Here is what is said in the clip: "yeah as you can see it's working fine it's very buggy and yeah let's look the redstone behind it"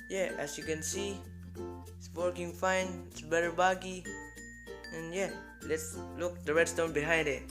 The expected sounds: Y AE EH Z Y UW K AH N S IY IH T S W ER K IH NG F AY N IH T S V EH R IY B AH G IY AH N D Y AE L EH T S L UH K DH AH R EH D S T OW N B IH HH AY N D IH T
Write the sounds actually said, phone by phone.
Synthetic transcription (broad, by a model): Y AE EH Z Y UW K AH N S IY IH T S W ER K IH NG F AY N IH T S B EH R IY B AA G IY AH N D Y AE L EH T S L UH K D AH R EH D S T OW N B IH HH AY N D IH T